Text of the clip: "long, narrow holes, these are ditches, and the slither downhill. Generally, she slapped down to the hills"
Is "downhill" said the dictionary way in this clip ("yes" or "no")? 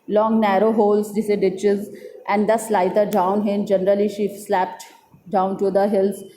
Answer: no